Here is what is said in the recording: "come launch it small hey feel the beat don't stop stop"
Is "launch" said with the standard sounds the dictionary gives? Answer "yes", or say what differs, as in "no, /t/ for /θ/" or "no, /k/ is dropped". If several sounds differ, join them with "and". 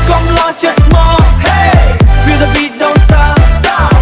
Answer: no, /n/ is dropped